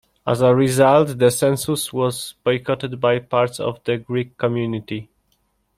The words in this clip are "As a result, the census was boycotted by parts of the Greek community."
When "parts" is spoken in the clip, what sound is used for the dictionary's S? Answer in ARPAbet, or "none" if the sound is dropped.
S